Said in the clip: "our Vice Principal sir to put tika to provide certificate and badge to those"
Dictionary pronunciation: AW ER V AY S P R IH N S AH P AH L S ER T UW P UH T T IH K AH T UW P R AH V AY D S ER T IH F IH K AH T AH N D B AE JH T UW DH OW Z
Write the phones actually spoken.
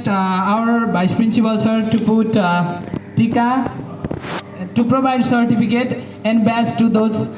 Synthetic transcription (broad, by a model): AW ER B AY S P R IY N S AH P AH L S ER T UW P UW T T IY K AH T UW P R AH B AY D S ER T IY P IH K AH T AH N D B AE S T UW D OW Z